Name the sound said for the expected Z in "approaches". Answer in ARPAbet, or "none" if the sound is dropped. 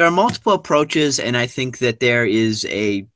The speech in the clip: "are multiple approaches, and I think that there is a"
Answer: Z